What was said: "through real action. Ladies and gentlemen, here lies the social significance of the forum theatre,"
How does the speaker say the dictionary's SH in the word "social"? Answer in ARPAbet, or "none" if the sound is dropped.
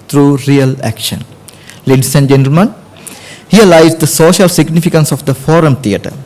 SH